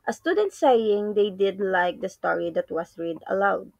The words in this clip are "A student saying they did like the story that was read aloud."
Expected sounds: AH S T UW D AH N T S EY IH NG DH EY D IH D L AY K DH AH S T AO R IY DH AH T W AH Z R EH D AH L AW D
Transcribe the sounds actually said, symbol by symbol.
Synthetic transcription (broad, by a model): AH S T UW D AH N T S EY IH NG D EY D IH D L AY K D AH S T AO R IY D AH T W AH S R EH D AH L AW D